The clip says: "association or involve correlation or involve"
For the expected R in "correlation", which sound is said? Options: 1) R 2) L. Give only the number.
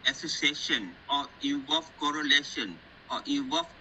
1